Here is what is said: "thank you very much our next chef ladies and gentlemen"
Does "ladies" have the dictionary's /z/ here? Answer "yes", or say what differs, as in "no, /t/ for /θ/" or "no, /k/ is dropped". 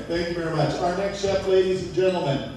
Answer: yes